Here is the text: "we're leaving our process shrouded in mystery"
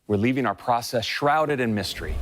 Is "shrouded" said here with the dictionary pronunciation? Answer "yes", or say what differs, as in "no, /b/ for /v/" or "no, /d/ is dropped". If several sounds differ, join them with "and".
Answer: yes